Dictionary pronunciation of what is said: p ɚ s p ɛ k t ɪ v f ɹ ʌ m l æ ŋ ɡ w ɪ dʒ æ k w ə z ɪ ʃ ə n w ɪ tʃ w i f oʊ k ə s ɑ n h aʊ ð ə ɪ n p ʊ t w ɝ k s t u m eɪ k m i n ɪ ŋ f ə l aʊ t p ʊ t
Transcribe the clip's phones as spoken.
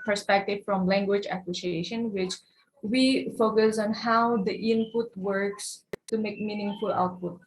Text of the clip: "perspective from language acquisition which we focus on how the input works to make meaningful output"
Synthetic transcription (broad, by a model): p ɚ s p ɛ k t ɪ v f ɹ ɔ m l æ ŋ ɡ w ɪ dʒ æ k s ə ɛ ʃ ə n w ɪ tʃ w i f oʊ k ə s ɑ n h aʊ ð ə ɪ n p ʊ t w ɝ k s t u m eɪ k m i n ɪ ŋ f ə l aʊ t p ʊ t